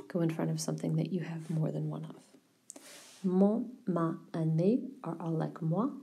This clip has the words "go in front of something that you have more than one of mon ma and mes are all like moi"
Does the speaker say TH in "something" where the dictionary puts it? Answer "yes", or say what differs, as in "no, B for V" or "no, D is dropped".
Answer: yes